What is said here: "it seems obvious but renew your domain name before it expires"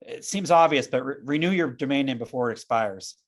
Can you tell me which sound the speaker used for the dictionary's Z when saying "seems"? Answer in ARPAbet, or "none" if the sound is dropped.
Z